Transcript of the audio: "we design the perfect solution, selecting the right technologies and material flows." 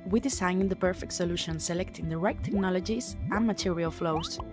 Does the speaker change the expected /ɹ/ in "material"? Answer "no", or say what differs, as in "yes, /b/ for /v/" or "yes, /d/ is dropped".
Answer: no